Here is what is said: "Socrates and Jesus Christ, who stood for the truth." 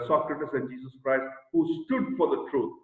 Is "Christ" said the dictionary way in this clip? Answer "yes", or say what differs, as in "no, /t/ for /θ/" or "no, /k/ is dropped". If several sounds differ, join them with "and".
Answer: yes